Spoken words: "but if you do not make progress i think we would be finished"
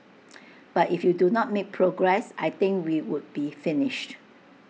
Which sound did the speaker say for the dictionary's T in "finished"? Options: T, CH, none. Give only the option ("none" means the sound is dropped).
T